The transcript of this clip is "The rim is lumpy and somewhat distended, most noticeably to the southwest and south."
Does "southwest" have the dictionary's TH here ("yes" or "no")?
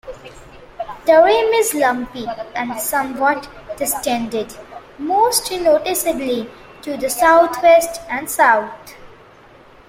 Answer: no